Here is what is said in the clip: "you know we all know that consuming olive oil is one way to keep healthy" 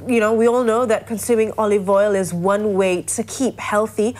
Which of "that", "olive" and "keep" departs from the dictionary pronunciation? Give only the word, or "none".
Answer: none